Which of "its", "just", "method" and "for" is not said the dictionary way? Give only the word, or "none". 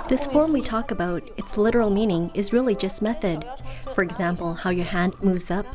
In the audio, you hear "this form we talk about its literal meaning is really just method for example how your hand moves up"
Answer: none